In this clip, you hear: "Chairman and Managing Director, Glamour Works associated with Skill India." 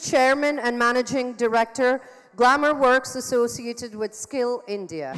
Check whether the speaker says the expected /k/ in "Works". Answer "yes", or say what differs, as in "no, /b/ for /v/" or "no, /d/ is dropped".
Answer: yes